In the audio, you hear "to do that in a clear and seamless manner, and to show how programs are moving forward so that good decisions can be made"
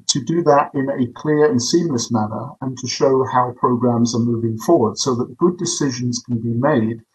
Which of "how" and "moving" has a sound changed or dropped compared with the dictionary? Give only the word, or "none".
none